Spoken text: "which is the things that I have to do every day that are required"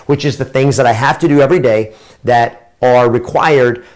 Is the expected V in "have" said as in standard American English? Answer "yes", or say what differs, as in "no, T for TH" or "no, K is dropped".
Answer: no, F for V